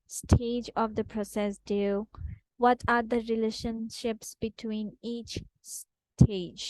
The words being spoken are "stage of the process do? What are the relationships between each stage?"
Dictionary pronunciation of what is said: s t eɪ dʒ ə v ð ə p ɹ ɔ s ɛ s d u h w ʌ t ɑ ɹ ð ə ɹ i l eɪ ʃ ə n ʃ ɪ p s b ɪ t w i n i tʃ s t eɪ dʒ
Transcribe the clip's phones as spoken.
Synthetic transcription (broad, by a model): s t eɪ dʒ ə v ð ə p ɹ ɔ s ɛ s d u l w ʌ t ɑ ɹ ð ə ɹ i l eɪ ʃ ə n ʃ ɪ p s b ɪ t w i n i tʃ s t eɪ dʒ